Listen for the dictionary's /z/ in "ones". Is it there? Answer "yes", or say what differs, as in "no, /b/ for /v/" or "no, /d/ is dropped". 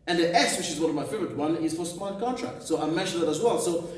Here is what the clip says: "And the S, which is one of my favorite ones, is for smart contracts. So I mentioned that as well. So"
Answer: no, /z/ is dropped